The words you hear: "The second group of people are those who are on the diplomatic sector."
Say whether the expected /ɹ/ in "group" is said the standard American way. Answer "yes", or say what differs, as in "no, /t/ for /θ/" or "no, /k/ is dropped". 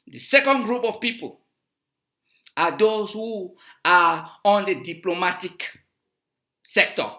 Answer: yes